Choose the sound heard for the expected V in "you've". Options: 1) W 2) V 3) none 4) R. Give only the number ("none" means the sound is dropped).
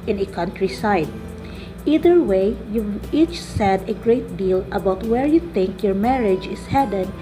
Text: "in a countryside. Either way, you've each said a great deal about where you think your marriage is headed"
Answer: 3